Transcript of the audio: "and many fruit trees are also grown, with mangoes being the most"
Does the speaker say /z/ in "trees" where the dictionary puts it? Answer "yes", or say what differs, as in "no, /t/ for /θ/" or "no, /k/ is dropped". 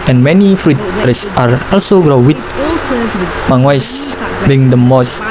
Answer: no, /s/ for /z/